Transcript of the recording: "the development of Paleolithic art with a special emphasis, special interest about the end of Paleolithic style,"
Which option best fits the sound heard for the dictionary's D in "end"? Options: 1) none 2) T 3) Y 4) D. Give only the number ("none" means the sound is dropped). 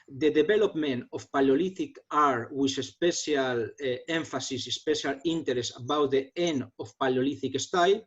1